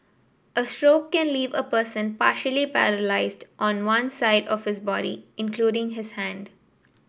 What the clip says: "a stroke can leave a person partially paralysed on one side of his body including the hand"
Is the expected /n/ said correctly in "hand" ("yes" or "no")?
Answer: yes